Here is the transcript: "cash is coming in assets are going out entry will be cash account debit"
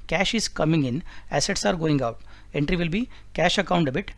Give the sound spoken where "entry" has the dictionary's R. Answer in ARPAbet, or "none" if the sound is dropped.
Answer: R